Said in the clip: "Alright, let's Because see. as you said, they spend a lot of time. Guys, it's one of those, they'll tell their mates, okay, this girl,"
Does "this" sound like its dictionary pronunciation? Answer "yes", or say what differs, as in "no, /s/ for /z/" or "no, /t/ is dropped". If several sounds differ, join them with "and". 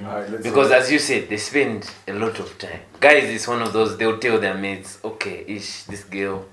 yes